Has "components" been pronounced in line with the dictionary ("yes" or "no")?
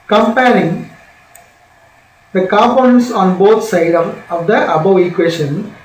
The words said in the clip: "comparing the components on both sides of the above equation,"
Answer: no